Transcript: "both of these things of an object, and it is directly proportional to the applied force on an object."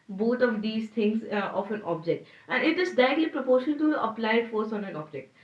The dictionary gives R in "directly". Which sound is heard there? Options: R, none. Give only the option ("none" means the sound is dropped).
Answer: none